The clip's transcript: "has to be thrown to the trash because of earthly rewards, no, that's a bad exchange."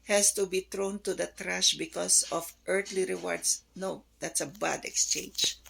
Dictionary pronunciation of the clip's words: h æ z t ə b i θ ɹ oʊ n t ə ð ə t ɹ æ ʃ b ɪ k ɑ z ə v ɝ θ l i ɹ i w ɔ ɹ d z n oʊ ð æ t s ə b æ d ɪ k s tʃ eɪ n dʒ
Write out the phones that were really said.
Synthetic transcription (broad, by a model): h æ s t ə b i t ɹ oʊ n t ə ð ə t ɹ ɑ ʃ b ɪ k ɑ s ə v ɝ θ l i ɹ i w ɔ ɹ d s n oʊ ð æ t s ə b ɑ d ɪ k s tʃ eɪ n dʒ